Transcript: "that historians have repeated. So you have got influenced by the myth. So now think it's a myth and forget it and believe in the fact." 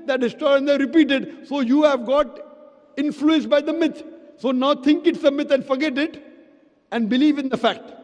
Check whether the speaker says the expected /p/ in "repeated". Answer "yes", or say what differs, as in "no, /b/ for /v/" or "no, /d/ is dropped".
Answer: yes